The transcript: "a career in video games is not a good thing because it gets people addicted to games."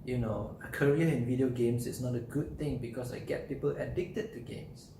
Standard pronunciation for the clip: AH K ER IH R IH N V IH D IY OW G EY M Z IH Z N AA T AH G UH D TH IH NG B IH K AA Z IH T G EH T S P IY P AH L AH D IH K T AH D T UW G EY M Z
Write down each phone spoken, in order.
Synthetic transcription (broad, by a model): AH K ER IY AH IH N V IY D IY OW G EY M S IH S N AA T AH G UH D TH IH NG B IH K AA S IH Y G EH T P IY P AH L AH D IH K T AH D T UW G EY M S